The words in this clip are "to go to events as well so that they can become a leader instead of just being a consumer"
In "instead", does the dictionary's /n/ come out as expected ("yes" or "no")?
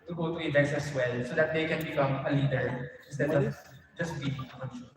no